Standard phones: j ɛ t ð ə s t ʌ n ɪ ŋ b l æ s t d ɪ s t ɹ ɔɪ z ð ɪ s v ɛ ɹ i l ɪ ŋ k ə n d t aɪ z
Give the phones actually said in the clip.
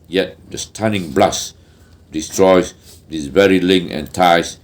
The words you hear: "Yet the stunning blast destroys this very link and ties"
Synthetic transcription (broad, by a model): j ɛ t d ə s t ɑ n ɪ ŋ b l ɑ s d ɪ s t ɹ ɔɪ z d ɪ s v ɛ ɹ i l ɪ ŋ ə n t aɪ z